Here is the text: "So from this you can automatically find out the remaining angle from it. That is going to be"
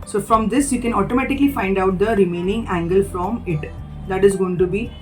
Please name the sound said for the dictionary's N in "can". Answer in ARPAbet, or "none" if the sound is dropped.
N